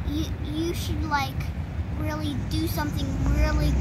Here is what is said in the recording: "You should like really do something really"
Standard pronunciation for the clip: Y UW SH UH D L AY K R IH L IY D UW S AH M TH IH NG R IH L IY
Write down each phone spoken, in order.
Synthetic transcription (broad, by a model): Y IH SH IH D L AY K R IH L IY D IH S AH M TH IH NG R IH L IY